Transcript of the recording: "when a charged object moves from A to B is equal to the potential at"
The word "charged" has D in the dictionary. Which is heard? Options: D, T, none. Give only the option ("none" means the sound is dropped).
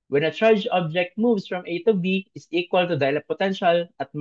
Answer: none